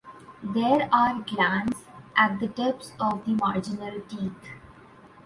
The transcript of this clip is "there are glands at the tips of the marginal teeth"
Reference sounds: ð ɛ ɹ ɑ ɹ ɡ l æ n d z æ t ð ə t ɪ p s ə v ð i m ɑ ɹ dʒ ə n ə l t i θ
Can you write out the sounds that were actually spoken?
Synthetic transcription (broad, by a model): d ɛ ɹ ɑ ɹ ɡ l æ n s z æ t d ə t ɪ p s ə v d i m ɑ ɹ dʒ ə n ə l t i t